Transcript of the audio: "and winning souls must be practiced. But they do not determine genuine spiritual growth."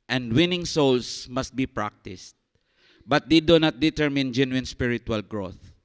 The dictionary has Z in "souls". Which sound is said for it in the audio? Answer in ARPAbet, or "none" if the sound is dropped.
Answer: S